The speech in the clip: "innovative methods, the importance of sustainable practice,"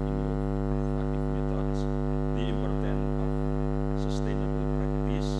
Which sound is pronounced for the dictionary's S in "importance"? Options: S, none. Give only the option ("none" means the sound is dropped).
none